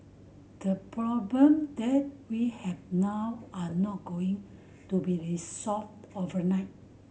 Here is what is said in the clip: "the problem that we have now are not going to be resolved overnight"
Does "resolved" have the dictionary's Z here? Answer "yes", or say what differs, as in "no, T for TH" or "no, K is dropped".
no, S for Z